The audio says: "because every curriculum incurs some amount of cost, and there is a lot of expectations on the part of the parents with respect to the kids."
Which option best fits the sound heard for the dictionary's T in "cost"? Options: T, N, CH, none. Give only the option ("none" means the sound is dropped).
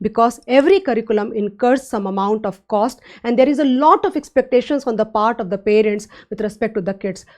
T